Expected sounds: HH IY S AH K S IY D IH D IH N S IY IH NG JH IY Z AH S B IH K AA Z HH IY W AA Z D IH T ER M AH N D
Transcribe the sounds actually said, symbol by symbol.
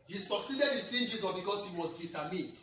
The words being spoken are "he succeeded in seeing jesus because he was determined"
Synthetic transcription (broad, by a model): HH IY S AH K S IY D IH D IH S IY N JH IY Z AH B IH K AA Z HH IY W AA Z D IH T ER M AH N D